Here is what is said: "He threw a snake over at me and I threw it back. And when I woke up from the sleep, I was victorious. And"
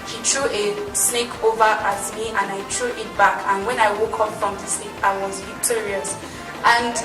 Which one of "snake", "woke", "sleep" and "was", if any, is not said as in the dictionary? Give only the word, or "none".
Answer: sleep